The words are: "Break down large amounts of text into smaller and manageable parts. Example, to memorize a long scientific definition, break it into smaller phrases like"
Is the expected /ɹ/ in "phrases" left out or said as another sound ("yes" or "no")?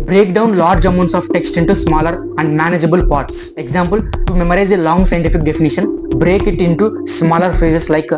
yes